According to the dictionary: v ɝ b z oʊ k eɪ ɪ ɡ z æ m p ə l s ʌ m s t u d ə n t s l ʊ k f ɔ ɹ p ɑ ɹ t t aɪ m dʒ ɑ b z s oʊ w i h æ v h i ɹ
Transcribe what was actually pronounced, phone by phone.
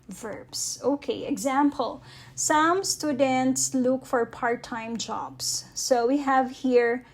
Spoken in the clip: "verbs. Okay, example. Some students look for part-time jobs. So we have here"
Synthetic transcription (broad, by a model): v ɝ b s oʊ k eɪ ɪ ɡ z æ m p ə l s ʌ m s t u d ə n t s l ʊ k f ɔ ɹ p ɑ ɹ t t aɪ m dʒ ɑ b s oʊ w i h æ v h i ɹ